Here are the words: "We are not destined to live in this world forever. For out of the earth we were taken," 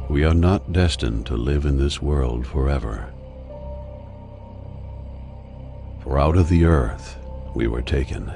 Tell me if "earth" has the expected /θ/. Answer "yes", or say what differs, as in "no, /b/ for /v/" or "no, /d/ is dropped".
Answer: yes